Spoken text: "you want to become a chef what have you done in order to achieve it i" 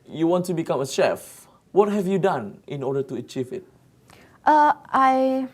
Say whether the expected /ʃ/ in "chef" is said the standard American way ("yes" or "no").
yes